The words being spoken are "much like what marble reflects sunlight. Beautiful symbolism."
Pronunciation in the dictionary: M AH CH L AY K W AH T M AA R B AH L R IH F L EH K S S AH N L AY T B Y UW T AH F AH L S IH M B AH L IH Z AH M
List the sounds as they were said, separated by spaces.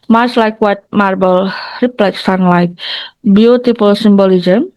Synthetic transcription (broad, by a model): M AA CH L AY K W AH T M AA R B AH L R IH P L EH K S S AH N L AY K B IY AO T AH P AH L S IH M B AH L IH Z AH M